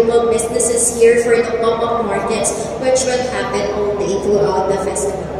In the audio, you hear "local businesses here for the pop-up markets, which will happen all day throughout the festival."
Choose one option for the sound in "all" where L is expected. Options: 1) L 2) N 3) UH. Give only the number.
2